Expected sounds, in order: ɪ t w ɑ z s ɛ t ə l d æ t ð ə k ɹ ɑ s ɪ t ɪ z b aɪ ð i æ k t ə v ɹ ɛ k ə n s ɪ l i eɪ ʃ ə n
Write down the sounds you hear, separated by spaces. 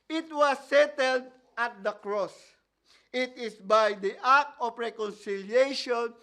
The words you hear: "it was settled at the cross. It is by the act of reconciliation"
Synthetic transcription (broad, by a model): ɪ t w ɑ s ɛ t ə l d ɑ t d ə k ɹ ɑ s ɪ t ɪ s b aɪ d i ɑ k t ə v ɹ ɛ k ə n s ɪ l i eɪ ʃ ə n